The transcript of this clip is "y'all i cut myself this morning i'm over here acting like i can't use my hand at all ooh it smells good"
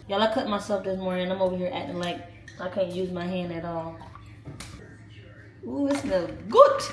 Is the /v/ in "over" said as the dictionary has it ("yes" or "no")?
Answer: no